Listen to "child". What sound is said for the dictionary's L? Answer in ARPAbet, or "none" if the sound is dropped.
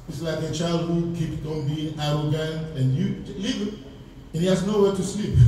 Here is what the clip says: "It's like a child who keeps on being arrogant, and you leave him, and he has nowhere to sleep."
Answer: L